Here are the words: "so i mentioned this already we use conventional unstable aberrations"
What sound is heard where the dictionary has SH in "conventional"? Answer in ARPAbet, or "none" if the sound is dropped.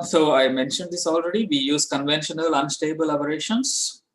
SH